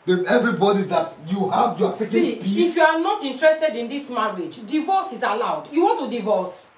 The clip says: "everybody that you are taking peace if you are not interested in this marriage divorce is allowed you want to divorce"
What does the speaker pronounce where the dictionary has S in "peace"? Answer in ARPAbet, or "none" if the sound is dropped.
none